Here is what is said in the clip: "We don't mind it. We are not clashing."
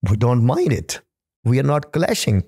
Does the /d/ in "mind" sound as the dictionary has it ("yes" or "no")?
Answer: yes